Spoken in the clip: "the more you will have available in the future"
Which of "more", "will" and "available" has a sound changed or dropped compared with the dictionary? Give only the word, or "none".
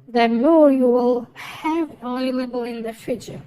available